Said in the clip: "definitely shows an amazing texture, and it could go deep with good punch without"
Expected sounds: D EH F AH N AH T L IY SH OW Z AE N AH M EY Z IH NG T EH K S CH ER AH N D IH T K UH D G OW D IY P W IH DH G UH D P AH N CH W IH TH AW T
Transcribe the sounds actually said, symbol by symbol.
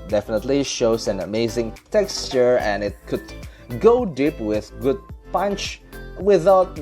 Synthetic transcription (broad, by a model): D EH F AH N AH T L IY SH OW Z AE N AH M EY Z IH NG T EH K S CH ER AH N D IH T K UH D G OW D IY P W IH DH G UH D P AH N CH W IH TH AW T